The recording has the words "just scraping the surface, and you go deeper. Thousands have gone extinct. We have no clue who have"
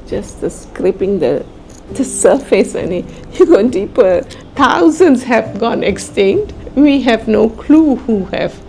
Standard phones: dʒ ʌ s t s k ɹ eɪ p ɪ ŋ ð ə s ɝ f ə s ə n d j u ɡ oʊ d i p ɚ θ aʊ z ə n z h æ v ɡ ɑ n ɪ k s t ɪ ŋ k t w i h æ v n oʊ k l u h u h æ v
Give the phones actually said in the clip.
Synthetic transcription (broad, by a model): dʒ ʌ s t s k ɹ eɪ p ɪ ŋ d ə s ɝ f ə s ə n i j u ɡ oʊ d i p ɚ t aʊ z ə n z h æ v ɡ ɑ n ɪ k s t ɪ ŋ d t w i h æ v n oʊ k l u h u h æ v